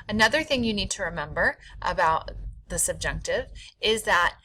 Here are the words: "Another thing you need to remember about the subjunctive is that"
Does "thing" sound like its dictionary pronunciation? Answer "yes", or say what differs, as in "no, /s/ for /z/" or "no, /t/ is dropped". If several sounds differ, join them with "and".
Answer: yes